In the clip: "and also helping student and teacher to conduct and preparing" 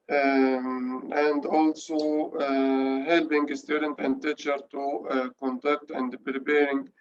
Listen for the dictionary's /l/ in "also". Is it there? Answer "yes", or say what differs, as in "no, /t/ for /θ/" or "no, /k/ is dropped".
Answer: yes